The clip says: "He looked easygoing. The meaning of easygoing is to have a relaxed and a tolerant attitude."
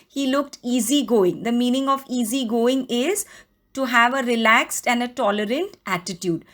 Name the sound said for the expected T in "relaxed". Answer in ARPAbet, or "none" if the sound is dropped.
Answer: T